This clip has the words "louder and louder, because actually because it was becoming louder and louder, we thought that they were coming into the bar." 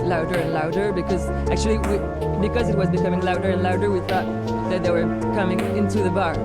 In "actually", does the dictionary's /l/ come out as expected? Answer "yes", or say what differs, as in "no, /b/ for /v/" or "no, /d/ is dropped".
no, /w/ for /l/